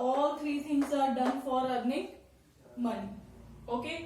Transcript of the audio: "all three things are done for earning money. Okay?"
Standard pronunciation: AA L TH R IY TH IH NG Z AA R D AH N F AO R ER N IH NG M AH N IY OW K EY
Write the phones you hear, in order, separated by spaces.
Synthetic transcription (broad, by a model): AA L T R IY S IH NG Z AA R D AH N F AO R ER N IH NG M AH N IY OW K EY